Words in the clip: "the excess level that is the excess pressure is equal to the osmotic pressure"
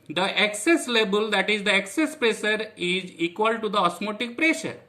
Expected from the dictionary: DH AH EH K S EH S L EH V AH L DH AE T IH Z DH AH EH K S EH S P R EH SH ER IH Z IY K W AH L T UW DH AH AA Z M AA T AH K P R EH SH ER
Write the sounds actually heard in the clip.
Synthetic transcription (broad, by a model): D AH EH K S EH S L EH B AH L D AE T IH Z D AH EH K S EH S P R EH SH ER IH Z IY K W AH L T UW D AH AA S M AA T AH K P R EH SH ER